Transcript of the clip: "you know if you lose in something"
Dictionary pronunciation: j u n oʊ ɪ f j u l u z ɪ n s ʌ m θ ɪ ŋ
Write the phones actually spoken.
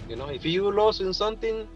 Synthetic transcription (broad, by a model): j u n oʊ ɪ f j u l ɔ s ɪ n s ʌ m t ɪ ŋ